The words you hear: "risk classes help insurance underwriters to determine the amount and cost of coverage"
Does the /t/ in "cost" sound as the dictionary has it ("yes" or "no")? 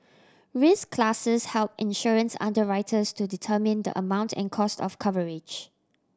yes